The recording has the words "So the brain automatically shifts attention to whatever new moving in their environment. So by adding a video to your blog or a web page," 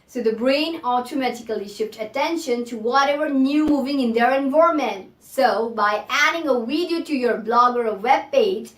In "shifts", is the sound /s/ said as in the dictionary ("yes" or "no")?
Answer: no